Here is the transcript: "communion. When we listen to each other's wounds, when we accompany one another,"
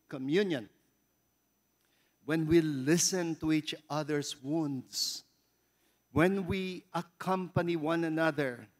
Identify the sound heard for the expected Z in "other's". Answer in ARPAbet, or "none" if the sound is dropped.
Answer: S